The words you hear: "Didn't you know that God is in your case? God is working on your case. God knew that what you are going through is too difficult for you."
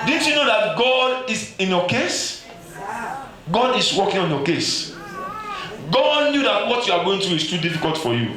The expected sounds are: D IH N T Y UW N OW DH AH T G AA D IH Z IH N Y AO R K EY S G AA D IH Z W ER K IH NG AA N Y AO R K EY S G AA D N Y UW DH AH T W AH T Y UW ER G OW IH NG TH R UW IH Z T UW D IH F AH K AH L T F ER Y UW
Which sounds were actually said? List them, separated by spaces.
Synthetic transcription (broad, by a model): D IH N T Y UW N OW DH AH T G AA D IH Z IH N Y AO K EY S G AA D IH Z W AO K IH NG AA N Y AO K EY S G AA D N Y UW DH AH T W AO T Y UW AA G OW IH NG T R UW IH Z T UW D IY F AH K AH L T F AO Y UW